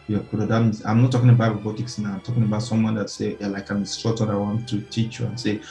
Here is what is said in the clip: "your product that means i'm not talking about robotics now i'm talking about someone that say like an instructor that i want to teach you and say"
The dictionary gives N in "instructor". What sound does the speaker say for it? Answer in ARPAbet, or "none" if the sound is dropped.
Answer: none